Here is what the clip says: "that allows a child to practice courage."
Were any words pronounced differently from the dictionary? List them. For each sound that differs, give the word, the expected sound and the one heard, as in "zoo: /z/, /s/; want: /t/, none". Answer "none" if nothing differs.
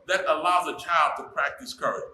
none